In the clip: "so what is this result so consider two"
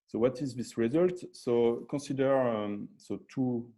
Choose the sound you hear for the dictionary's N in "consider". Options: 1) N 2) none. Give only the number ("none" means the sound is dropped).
2